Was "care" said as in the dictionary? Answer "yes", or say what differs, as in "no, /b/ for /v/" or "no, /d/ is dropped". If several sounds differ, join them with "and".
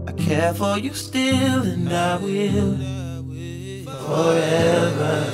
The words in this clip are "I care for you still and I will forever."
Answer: yes